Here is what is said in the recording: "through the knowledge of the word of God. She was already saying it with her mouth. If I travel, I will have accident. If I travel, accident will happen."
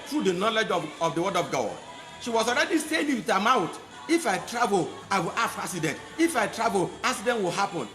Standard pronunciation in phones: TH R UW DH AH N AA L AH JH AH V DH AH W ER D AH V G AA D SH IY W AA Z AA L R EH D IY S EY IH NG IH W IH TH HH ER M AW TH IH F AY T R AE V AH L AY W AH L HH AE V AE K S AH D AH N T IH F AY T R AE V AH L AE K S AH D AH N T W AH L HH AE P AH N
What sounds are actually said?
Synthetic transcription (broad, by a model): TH R UW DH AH N AA L AH JH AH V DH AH W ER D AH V G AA SH IY W AA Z AA L R EH D IY S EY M IH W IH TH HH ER M AW T IH F AY T R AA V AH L AY W AH L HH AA F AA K S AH D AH N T IH F AY T R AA V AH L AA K S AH D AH N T W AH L HH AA P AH N